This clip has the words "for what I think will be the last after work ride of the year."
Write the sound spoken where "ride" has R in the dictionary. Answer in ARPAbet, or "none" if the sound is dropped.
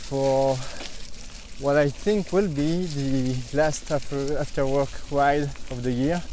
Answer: W